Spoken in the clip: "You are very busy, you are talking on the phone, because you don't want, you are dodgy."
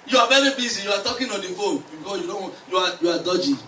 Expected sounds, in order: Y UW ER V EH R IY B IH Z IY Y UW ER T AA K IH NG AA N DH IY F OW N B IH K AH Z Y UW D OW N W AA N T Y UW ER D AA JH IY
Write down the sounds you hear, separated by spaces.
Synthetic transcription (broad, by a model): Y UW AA V EH R IY B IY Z IY Y UW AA T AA K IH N AA N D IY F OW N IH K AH Y UW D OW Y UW AA Y UW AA D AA JH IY